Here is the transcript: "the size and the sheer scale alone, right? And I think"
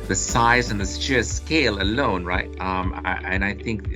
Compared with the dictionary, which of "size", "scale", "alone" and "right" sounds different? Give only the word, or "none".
none